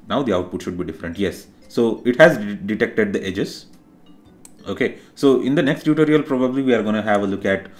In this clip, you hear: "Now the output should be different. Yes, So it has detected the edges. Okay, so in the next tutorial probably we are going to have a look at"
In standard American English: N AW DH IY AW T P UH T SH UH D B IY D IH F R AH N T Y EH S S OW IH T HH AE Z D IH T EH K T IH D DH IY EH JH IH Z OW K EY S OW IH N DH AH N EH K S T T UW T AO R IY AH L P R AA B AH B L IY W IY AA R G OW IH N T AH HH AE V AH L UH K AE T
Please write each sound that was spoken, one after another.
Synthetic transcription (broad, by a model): N AW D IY AW T P UH T SH UH D B IY D IH F R AH N T Y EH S S OW IH T HH AE Z D IH T EH K T IH D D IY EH JH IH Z OW K EY S OW IH N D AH N EH K S T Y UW T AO R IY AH L P R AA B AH B L IY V IY AA R G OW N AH HH AE V AH L UH K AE T